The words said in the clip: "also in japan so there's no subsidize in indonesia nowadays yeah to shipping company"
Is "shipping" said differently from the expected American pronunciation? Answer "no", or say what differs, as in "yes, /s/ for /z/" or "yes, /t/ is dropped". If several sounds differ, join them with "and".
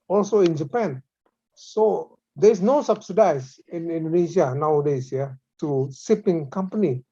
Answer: yes, /s/ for /ʃ/